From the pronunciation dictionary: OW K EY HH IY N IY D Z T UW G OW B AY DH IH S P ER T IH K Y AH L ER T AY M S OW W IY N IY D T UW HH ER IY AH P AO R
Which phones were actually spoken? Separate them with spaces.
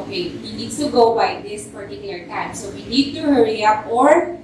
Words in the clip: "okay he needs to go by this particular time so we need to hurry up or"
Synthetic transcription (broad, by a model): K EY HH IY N IY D S T UW G OW B AY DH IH S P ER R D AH N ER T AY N S OW W IY N IY D T UW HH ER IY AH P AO R